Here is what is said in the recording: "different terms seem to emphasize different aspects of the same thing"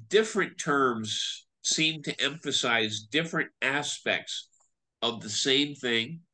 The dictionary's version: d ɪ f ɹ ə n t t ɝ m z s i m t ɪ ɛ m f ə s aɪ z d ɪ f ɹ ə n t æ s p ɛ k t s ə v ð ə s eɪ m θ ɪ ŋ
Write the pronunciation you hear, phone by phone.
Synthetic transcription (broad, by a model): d ɪ f ɹ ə n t t ɝ m z s i m t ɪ ɛ m f ə s aɪ z d ɪ f ɹ ə n t æ s p ɛ k t s ə v ð ə s eɪ m θ ɪ ŋ